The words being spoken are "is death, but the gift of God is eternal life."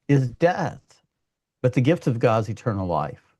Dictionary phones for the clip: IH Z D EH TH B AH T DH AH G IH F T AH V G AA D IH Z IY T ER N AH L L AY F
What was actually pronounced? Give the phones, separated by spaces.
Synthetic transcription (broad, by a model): IH Z D EH TH B AH T DH AH G IH F T AH V G AA D Z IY T ER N L L AY F